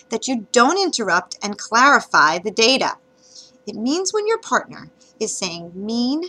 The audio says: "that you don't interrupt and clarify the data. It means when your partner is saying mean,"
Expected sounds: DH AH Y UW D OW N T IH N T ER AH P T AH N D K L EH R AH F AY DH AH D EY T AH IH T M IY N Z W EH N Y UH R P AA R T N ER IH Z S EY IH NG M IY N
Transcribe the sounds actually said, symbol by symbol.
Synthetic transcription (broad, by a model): DH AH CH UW D OW N T IH N T ER AH P T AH N K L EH R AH F AY DH AH D EY T AH IH T M IY N Z W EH N Y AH R P AA R T N ER IH Z S EY IH NG M IY N